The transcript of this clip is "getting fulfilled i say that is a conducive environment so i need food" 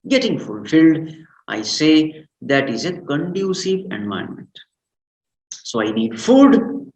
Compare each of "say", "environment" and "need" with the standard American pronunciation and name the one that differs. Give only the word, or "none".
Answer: environment